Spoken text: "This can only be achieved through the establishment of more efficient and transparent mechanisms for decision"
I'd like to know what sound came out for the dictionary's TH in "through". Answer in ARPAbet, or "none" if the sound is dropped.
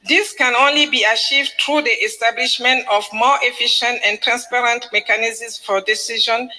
T